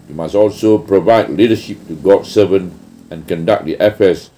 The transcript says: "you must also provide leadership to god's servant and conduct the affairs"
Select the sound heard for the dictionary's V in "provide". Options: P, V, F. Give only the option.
V